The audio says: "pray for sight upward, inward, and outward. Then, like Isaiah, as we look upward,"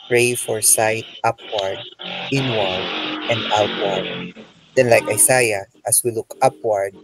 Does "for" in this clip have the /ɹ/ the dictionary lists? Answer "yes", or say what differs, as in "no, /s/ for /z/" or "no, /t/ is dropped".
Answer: yes